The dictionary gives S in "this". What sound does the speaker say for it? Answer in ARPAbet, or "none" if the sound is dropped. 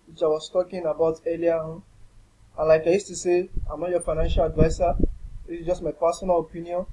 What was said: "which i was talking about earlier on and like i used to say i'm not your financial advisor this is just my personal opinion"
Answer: none